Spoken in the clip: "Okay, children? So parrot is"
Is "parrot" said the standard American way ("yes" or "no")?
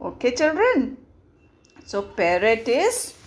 no